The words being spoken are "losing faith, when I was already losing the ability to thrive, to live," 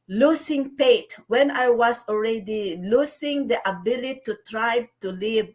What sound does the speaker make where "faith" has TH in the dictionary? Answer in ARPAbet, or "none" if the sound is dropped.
T